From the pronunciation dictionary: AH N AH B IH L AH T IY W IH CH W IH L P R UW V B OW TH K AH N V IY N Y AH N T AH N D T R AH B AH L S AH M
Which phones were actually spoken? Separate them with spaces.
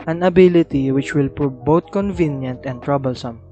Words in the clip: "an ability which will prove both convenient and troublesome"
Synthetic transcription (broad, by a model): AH N AH B IH L AH T IY W IH CH W IH L P R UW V B OW T K AH N V IY N Y AH N T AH N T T R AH B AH L S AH M